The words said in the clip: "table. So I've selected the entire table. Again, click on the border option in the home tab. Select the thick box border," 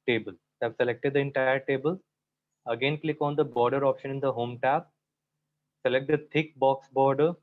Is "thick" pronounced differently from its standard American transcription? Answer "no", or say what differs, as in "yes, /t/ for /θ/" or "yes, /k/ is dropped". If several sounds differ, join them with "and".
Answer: yes, /t/ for /θ/